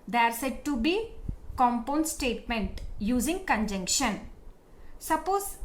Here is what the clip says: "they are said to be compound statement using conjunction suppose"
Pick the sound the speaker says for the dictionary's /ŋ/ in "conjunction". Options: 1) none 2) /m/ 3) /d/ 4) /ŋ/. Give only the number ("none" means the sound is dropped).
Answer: 4